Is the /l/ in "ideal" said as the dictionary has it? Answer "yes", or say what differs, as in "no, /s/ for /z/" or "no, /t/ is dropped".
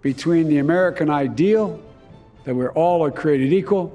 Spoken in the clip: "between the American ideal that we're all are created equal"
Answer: yes